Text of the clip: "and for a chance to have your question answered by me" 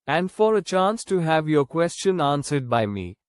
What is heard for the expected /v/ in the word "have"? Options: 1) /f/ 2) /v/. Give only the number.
2